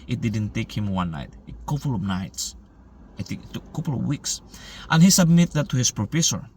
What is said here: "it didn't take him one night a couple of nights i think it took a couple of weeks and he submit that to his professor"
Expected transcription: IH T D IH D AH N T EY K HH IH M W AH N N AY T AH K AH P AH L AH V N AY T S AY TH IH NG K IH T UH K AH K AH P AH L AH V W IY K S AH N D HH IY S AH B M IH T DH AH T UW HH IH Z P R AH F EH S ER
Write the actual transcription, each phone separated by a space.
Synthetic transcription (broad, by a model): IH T D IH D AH N T EY K HH IH M W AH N N AY T AH K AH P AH L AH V N AY T S AY T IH K IH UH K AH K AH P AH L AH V W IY K S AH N HH IY S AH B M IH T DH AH T UW HH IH S P R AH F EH S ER